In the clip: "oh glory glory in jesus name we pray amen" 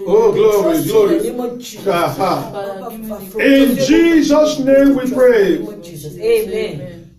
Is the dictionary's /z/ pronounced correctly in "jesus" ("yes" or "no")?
yes